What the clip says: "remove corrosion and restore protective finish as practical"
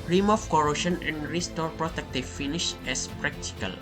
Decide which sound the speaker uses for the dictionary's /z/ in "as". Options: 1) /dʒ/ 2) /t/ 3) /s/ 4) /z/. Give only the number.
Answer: 3